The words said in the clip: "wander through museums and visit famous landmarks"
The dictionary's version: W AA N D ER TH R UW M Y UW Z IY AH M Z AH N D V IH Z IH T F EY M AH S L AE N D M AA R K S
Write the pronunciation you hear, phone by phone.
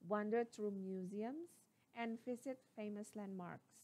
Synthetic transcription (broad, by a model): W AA N D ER T R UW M Y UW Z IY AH M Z AH N D F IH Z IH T F EY M AH S L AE N D M AA R K S